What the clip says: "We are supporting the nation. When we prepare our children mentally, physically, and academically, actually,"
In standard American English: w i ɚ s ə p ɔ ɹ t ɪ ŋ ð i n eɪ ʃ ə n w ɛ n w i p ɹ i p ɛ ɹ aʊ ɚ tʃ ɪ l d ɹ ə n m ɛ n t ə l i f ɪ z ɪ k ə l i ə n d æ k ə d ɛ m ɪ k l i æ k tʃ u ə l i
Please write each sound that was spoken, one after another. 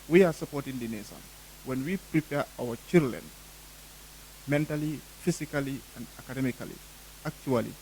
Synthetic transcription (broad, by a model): w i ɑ s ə p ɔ t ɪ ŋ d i n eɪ s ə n w ɛ n w i p ɹ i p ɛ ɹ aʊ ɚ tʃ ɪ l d l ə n m ɛ n t ə l i f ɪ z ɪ k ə l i ə n d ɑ k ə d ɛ m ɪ k l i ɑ k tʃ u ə l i